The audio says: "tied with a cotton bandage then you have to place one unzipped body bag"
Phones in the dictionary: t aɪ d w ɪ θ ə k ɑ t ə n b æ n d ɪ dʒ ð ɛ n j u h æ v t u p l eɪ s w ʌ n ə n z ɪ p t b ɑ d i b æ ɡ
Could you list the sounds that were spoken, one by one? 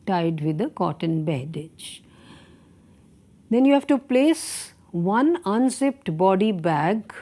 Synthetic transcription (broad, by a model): t aɪ d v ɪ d ə k ɑ t ə n b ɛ d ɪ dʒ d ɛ n j u h æ v t u p l eɪ s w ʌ n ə n s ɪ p t b ɑ d i b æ ɡ